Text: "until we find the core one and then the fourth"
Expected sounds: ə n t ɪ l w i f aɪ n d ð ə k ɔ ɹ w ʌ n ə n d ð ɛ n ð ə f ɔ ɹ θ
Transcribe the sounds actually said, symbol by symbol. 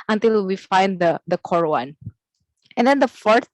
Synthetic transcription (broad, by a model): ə n t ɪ l w i f aɪ n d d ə k ɔ ɹ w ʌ n ə n d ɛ n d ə f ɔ ɹ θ